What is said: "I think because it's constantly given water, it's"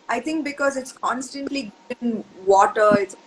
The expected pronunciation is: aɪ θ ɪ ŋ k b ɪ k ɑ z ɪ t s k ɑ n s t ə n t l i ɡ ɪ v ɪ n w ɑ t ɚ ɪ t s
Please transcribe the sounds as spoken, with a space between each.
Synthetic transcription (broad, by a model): aɪ t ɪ ŋ k b ɪ k ɑ z ɪ t s k ɑ n s t ə n t l i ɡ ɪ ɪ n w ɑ t ɚ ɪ t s